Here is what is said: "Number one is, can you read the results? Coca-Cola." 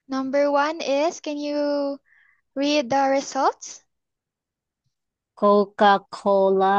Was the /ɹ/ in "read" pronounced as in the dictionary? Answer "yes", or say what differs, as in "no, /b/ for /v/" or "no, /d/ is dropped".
yes